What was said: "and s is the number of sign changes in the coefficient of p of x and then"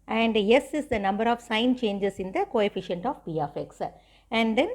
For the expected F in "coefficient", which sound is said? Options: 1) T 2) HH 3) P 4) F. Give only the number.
4